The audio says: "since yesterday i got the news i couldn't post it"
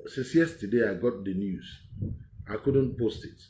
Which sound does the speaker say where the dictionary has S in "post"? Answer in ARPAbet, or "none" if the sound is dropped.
S